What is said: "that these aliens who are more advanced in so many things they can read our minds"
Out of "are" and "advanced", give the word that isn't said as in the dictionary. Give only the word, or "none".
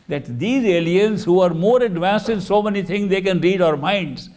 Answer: none